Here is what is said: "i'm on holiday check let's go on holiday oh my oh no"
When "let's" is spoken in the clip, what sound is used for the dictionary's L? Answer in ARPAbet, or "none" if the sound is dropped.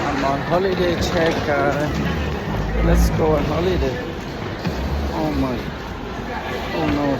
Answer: N